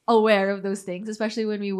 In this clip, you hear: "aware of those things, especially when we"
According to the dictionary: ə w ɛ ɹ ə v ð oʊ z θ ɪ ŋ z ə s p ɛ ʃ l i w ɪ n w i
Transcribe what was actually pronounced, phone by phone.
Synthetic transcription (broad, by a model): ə w ɛ ɹ ə v ð oʊ z θ ɪ ŋ z ə s p ɛ ʃ l i w ɪ n w i